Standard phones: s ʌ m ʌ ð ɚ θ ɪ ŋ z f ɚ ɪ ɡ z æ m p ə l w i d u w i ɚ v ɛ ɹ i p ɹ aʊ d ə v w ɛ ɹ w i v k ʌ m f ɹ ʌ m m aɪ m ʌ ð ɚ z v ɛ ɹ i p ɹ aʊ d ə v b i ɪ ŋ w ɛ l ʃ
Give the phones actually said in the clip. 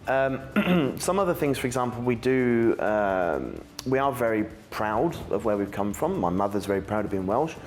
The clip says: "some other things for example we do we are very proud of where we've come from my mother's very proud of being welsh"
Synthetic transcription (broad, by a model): s ʌ m ʌ ð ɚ θ ɪ ŋ z f ɚ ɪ ɡ z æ m p l w i d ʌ w i ɚ v ɛ ɹ i p ɹ aʊ d ə v w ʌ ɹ w i v k ʌ m f ɹ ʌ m m aɪ m ʌ ð ɚ z v ɛ ɹ i p ɹ aʊ d ə v b i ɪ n w ɛ l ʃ